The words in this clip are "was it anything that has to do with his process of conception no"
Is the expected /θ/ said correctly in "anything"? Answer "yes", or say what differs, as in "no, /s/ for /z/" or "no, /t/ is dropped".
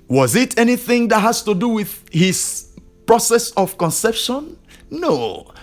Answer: yes